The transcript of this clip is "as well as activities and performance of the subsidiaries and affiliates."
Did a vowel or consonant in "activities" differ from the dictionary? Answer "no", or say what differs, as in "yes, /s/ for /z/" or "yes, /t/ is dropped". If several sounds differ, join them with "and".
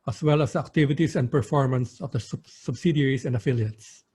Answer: yes, /s/ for /z/